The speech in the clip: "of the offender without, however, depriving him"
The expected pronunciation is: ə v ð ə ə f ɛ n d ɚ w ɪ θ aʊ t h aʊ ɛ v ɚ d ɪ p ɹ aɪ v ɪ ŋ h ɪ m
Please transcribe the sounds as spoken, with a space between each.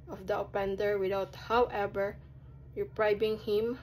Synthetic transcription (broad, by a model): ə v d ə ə p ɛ n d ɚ w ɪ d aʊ t h aʊ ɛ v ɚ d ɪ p ɹ aɪ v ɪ ŋ h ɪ m